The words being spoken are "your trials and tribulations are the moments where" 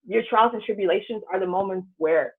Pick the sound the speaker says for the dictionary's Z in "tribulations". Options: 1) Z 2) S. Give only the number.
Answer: 1